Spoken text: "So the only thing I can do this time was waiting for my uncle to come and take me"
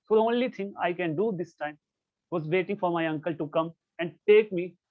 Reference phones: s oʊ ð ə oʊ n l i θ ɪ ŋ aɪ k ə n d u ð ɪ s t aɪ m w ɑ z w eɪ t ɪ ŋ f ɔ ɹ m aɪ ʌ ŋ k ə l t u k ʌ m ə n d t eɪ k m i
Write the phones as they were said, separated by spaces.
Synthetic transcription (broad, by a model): s oʊ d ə oʊ n l i t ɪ ŋ aɪ k ə n d u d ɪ s t aɪ m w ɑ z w eɪ t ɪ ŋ f ɔ ɹ m aɪ ʌ ŋ k ə l t u k ʌ m ə n d t eɪ k m i